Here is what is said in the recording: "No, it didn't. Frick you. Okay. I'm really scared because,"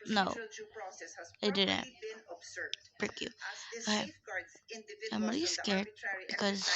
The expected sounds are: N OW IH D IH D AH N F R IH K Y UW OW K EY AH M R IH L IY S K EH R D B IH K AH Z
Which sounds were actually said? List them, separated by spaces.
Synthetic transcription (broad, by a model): N OW IH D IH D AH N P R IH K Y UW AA AA AH M R IH L IY S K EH R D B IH K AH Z